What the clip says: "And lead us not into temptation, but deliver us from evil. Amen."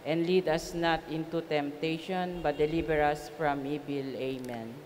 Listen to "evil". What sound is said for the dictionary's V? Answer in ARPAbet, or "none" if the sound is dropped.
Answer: B